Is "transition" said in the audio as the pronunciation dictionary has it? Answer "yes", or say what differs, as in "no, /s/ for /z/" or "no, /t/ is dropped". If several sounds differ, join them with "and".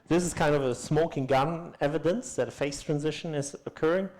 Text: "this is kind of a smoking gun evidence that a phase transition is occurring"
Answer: yes